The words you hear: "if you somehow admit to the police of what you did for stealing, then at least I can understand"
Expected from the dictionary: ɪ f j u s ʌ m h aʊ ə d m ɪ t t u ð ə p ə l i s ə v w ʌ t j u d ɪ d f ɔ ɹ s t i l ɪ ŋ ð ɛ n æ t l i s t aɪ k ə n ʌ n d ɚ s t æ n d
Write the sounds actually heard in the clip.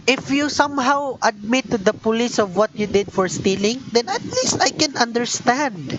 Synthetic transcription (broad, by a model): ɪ f j u s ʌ m h aʊ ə d m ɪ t t u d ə p ə l i s ə v w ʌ t j u d ɪ d f ɔ ɹ s t i l ɪ ŋ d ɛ n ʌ t l i s t aɪ k ə n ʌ n d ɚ s t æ n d